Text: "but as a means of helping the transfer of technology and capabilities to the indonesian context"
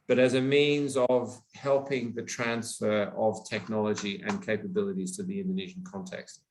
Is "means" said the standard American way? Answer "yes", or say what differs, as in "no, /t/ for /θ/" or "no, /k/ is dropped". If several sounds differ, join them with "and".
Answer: yes